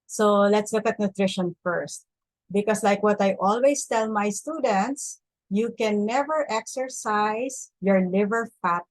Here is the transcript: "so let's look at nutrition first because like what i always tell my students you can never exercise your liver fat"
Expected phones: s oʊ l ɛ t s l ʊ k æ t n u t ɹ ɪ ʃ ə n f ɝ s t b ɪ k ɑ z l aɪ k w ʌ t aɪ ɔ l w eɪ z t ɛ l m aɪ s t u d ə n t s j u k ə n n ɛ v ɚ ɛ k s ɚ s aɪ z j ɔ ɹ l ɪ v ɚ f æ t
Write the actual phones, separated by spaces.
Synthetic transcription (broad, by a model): s oʊ l ɛ t s l ʊ k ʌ t n u t ɹ ɪ ʃ ə n f ɝ s t b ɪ k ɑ s l aɪ k w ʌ t aɪ ɔ l w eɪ s t ɛ l m aɪ s t u d ə n t s j u k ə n n ɛ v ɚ ɛ k s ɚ s aɪ s j ɔ ɹ l ɪ v ɚ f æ t